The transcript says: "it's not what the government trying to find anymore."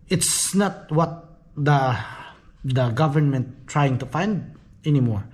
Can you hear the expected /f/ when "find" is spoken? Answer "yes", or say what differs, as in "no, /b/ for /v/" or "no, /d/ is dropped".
yes